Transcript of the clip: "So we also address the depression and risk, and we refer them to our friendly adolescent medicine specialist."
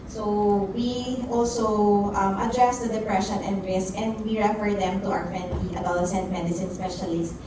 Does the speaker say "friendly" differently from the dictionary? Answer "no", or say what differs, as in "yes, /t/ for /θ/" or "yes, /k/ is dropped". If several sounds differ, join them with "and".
yes, /ɹ/ is dropped